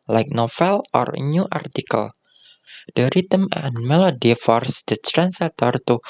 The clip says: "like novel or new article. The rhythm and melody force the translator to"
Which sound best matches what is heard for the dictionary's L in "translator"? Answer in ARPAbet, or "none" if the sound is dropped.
none